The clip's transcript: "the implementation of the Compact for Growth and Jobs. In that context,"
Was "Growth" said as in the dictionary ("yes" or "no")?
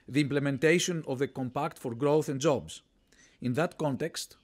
yes